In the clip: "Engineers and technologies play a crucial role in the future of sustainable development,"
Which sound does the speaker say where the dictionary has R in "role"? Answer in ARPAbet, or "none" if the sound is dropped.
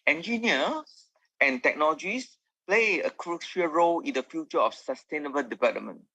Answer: R